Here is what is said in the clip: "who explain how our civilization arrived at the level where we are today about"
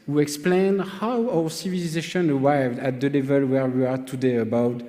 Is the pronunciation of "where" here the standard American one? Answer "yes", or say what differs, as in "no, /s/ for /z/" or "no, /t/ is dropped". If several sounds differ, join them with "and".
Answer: yes